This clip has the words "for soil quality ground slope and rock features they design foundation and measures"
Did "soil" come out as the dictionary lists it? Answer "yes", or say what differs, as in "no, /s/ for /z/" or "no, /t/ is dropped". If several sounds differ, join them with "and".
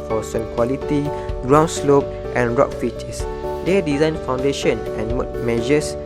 no, /n/ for /l/